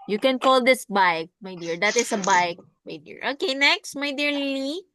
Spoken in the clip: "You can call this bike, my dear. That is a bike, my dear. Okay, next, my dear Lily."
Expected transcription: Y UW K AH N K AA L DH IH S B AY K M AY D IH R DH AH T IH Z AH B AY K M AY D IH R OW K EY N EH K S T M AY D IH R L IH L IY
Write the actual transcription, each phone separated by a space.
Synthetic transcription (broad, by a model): Y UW K AH N K AA L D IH S B AY K M AY D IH R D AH T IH S AH B AY K M AY D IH R OW K EY N EH K S T M AY D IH R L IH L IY